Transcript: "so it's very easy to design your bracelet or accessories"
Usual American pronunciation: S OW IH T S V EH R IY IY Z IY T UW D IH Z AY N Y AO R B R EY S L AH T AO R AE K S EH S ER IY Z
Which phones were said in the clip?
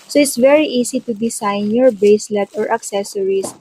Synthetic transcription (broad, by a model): S OW IH T S V EH R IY IY S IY T UW D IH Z AY N Y AO R B EY S L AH T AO R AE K S EH S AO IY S